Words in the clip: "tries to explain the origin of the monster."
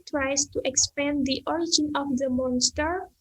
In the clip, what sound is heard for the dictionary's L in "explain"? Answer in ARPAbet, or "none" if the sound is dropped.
none